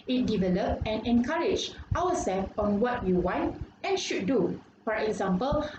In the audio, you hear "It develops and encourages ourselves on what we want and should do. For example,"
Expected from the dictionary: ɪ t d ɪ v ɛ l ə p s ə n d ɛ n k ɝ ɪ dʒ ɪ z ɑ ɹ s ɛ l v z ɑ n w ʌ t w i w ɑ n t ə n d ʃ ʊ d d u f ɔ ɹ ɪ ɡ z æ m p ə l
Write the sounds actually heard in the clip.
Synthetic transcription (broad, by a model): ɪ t d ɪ v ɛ l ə p ə n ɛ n k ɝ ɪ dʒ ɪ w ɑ s ɛ l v ɑ n w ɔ t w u w ɑ n t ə n ʃ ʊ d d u f ɔ ɹ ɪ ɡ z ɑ m p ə l